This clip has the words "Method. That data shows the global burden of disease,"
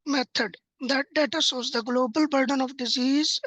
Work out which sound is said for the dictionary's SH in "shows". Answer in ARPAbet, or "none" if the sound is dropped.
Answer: S